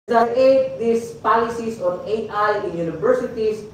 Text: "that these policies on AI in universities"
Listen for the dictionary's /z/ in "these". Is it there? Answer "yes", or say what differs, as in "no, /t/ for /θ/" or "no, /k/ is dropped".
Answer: no, /s/ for /z/